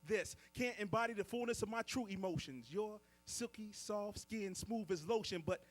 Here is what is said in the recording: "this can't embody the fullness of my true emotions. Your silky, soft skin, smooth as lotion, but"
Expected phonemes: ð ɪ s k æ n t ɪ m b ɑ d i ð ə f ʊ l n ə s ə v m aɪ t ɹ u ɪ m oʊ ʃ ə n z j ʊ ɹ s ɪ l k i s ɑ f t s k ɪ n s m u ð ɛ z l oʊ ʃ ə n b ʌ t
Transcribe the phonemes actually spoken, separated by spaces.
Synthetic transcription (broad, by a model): ð ɪ s k æ n t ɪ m b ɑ d i ð ə f ʊ l n ə s ə v m aɪ t ɹ u ɪ m oʊ ʃ ə n z j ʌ ɹ s ɪ l k i s ɑ f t s k ɪ n s m u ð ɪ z l oʊ ʃ ə n b ʌ t